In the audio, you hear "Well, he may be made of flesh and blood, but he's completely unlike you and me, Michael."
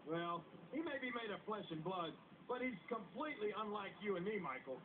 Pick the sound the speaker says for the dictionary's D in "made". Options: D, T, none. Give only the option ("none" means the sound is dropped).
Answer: D